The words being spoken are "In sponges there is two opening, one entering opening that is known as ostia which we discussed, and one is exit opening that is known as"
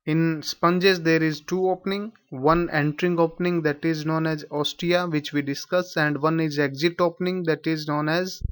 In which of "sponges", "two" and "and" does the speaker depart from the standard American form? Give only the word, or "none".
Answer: none